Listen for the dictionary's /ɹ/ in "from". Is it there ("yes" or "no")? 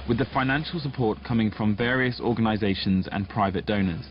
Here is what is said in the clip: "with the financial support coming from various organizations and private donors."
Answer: yes